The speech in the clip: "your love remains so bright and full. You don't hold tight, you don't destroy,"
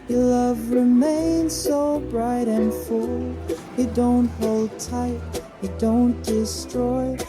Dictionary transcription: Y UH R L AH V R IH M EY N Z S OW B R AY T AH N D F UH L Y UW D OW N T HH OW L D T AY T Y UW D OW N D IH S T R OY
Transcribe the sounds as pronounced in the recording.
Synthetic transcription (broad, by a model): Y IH L AH V R IH M EY N Z S OW B R AY T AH N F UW L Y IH D OW N T HH OW L D T AY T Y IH D OW N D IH S T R OY